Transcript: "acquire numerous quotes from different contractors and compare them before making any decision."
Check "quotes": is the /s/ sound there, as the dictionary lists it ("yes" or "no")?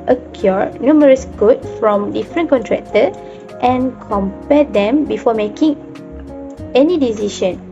no